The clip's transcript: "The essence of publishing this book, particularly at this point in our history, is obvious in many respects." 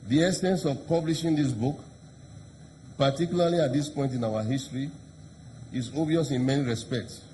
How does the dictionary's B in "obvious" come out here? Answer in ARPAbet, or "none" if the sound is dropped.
none